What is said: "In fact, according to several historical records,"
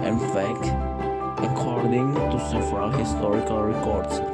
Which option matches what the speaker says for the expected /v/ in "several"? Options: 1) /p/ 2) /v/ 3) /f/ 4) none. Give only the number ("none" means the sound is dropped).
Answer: 3